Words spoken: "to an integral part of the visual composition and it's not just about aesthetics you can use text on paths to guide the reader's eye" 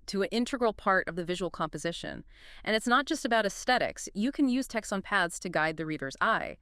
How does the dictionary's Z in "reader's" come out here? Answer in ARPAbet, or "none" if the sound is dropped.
Z